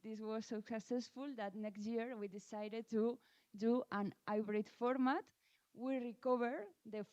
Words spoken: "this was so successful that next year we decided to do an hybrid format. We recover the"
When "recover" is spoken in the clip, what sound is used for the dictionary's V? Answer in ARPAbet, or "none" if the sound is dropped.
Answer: B